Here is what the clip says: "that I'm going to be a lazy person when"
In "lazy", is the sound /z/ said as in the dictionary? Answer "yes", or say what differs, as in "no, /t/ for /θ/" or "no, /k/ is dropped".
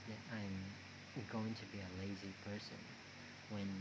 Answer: yes